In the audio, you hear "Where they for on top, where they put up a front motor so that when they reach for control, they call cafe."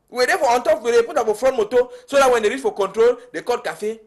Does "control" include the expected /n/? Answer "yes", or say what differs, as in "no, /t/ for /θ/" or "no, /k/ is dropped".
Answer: yes